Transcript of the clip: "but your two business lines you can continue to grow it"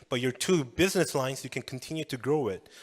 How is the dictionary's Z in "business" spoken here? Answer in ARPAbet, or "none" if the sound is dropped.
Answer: Z